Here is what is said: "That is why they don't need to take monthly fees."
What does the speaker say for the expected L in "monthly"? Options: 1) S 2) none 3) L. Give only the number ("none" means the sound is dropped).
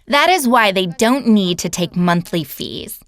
3